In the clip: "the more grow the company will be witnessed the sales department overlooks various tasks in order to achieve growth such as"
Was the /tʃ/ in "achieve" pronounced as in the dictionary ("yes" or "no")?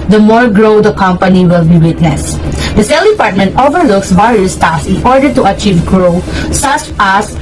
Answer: yes